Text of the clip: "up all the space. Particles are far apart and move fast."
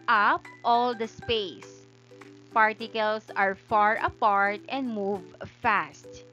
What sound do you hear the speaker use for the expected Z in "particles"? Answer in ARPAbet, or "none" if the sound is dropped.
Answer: S